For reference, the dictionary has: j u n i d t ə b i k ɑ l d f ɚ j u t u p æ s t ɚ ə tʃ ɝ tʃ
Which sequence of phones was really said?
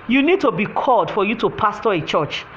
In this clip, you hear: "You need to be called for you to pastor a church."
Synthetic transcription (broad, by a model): j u n i d t ə b i k ɑ l d f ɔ j u t u p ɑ s t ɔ ə tʃ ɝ tʃ